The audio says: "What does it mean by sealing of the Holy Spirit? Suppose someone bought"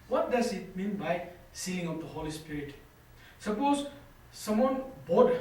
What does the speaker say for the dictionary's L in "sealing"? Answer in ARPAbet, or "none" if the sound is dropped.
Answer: none